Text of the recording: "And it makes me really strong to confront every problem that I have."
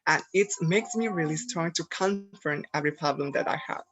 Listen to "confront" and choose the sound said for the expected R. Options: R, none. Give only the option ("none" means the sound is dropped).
none